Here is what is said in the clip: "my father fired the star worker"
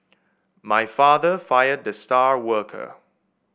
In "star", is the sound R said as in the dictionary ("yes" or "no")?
yes